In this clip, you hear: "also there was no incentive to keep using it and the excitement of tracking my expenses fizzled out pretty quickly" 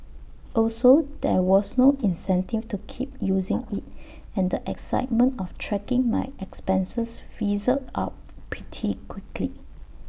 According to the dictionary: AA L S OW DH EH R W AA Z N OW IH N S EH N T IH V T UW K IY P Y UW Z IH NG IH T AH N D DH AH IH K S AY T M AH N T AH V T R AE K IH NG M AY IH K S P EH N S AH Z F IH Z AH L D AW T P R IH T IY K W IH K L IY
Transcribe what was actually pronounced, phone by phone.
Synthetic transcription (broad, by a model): AA L S OW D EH W AA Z N OW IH N S EH N T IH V T UW K IY P Y UW Z IH NG IH T AH N D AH IH K S AY T M AH N T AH F T R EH K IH NG M AY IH K S P EH N S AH S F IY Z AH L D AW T P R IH T IY K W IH K L IY